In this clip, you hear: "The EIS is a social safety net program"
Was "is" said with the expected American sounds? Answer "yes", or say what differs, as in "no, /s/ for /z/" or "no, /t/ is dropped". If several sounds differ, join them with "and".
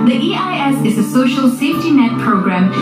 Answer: yes